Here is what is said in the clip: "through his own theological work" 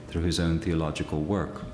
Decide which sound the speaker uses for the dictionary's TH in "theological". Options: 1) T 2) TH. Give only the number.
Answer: 2